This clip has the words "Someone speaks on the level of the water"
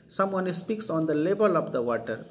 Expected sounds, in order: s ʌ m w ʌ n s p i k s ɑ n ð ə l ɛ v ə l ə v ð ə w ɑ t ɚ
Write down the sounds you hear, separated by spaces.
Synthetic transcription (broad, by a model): s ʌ m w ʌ n s p i k s ɑ n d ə l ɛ b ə l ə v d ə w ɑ t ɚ